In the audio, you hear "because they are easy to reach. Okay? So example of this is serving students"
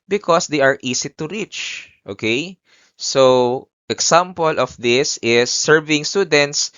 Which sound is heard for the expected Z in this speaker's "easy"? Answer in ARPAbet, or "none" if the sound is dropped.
S